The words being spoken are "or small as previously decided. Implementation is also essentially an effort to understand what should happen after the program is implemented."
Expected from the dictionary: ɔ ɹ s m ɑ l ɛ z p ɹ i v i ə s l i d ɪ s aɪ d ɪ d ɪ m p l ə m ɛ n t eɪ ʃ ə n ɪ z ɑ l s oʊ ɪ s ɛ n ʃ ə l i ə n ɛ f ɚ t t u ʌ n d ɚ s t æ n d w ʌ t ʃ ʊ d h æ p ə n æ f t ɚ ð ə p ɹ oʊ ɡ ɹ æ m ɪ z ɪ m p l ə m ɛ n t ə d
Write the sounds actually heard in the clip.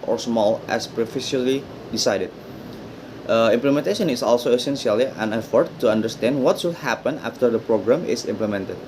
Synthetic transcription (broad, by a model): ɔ ɹ s m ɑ l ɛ s p ɹ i f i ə l i d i s aɪ d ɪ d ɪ m p l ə m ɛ n t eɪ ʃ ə n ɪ s ɑ l s oʊ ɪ s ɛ n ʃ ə l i ə n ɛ f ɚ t t u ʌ n d ɚ s t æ n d w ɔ t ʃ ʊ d h æ p ə n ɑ f t ɚ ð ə p ɹ oʊ ɡ ɹ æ m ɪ s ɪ m p l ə m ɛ n t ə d